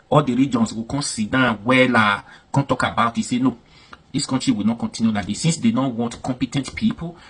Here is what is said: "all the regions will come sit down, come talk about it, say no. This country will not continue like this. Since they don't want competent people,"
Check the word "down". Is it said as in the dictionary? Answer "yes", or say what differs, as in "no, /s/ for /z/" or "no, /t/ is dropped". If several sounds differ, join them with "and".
no, /l/ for /n/